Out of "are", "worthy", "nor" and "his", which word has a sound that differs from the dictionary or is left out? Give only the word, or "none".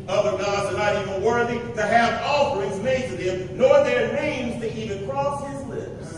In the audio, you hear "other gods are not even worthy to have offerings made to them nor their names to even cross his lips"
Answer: none